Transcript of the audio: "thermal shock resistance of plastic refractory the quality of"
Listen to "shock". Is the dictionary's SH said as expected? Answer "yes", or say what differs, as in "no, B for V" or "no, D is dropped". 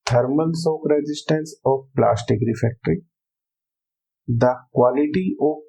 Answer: no, S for SH